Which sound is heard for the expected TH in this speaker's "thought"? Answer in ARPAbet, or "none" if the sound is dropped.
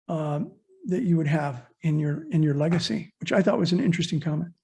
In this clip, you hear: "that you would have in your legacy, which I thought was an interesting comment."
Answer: TH